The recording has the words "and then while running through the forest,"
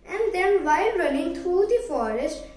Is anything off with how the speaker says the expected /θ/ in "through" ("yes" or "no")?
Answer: yes